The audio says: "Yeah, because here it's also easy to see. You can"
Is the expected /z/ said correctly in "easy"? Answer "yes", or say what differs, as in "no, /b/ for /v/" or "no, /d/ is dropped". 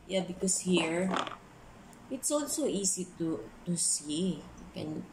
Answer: no, /s/ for /z/